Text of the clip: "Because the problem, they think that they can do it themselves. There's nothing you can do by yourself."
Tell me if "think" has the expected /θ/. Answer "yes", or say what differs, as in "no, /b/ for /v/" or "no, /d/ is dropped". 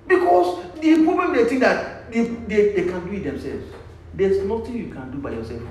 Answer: no, /t/ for /θ/